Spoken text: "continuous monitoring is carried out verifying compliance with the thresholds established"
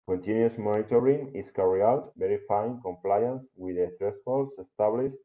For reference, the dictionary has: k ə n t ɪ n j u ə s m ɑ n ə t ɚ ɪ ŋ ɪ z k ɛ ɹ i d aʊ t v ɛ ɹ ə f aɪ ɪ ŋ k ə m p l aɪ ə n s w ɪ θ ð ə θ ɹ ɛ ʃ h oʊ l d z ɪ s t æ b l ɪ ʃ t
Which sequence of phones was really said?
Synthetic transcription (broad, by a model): k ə n t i n j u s m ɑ n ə t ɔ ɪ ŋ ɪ s k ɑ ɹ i aʊ t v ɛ ɹ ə f aɪ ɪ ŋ k ə m p l aɪ ə n s w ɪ ð ə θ ɹ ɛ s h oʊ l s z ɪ s t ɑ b l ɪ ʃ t